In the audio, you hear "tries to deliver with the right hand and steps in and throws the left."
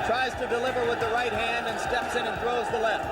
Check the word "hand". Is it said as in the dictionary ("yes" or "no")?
yes